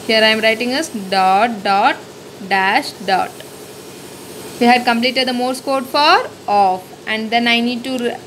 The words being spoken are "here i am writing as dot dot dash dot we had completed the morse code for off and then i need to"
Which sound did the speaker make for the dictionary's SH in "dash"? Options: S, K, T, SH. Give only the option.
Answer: SH